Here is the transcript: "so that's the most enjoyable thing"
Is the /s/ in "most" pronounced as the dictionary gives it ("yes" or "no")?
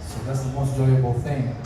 no